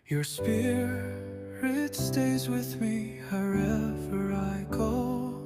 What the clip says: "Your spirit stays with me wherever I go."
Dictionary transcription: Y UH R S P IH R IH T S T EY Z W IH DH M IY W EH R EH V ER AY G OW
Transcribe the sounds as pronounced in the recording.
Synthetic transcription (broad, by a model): Y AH R S P IH R IH T S T EY Z W IH DH M IY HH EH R EH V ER AY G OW